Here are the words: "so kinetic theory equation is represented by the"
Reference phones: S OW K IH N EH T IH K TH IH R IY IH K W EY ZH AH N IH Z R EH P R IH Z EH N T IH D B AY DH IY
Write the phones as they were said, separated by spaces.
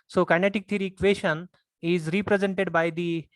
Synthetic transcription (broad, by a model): S OW K IH N EH T IH K T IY R IY K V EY SH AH N IH Z R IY P R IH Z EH N T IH D B AY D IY